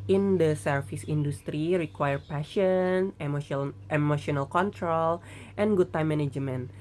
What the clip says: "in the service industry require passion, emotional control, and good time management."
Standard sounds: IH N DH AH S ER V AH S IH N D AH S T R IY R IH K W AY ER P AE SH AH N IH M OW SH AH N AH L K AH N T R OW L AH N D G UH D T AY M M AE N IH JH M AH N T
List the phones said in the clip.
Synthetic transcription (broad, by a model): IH N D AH S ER F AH S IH N D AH S T R IY R IH K W AY ER P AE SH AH N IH M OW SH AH N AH L K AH N T R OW L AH N G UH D T AY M M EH N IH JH M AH N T